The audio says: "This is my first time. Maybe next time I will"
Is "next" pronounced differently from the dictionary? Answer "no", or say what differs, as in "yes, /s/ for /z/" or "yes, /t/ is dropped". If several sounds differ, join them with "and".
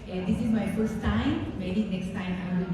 no